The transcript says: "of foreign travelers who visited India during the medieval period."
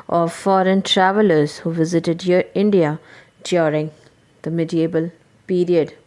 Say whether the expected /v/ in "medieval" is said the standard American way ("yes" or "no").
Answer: no